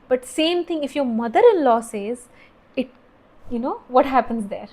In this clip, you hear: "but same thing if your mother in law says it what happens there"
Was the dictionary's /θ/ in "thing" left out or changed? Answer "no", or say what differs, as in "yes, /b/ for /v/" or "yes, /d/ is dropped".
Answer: yes, /t/ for /θ/